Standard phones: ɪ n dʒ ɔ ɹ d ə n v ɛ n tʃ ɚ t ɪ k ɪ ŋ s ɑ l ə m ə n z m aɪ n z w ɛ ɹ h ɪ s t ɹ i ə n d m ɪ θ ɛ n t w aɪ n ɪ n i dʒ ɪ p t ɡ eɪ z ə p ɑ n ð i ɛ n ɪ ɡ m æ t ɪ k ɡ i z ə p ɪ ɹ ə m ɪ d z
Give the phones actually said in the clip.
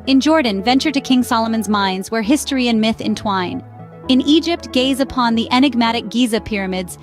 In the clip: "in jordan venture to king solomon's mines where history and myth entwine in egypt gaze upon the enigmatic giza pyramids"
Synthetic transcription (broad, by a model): ɪ n dʒ ɔ ɹ d n v ɛ n tʃ ɚ t ɪ k ɪ ŋ s ɑ l ə m ə n z m aɪ n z w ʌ ɹ h ɪ s t ɹ i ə n m ɪ θ ɛ n t w aɪ n ɪ n i dʒ ɪ p t ɡ eɪ z ə p ɑ n ð i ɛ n ɪ ɡ m æ t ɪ k ɡ i z ə p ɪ ɹ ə m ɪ d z